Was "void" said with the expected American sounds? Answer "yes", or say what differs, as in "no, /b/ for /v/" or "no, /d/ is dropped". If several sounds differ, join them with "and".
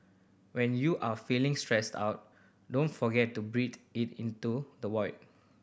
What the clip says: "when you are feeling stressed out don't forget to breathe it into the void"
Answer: no, /w/ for /v/